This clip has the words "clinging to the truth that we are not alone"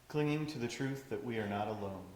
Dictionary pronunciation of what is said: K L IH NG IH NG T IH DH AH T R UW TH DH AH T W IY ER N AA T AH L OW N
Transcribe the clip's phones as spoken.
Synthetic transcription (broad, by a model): K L IH NG IH NG T IH DH AH T R UW TH DH AH T W IY ER N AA T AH L OW N